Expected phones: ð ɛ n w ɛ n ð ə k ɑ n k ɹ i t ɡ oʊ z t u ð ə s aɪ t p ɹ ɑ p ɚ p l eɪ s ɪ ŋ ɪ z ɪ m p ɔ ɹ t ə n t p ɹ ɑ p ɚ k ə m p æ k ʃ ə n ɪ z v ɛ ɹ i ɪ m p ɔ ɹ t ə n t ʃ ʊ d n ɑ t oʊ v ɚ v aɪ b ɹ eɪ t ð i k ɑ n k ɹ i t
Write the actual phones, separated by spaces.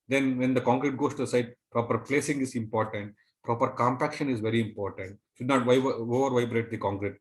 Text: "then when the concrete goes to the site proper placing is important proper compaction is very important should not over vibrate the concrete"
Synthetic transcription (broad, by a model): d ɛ n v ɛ n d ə k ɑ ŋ k ɹ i t ɡ oʊ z t u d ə s aɪ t p ɹ ɑ p ɚ p l eɪ s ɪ ŋ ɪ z ɪ m p ɔ ɹ t ə n t p ɹ ɑ p ɚ k ə m p æ k ʃ ə n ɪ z v ɛ ɹ i ɪ m p ɔ ɹ t ə n t ʃ ʊ d n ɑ t oʊ v ɚ v aɪ b ɹ eɪ t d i k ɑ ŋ k ɹ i t